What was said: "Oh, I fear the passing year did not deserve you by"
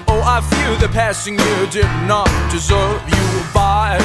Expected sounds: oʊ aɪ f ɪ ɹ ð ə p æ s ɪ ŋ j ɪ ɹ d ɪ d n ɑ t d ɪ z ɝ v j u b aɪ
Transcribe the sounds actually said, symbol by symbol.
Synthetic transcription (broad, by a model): oʊ aɪ f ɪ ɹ ð ə p æ s ɪ ŋ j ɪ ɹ d ɪ d n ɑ t d ɪ z ɝ v j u b aɪ